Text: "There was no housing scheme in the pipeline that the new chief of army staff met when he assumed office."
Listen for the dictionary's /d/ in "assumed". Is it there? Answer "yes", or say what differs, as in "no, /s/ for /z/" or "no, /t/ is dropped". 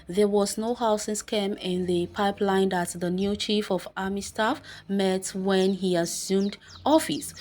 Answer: yes